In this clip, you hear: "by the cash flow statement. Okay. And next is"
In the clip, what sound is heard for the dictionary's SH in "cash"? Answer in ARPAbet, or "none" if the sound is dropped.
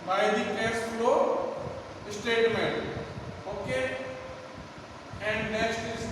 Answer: S